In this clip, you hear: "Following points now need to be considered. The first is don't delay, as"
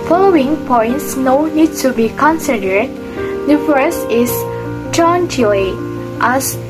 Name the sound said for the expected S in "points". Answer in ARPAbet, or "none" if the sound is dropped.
S